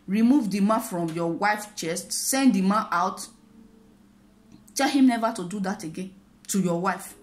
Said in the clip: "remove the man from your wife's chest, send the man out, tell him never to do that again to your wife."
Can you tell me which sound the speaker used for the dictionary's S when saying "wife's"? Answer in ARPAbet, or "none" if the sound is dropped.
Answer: none